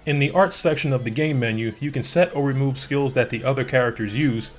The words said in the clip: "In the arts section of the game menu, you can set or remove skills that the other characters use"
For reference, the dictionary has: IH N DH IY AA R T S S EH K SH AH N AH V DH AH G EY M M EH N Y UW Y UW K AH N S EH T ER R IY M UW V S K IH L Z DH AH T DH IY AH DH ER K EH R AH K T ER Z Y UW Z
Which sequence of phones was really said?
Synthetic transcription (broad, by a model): IH N DH IY AA R T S S EH K SH AH N AH V DH AH G EY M M EH N Y UW Y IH K AH N S EH T ER R IY M UW V S K IH L Z DH AH T DH IY AH DH ER K EH R AH K T ER Z Y UW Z